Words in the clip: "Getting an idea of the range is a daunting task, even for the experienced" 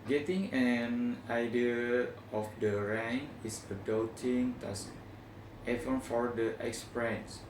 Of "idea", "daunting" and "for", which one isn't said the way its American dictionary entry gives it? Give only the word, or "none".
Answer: daunting